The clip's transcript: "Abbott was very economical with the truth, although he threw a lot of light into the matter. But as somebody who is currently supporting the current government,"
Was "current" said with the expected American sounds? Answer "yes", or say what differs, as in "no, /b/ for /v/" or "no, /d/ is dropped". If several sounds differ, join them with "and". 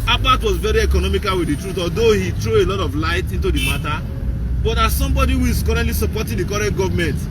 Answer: no, /n/ is dropped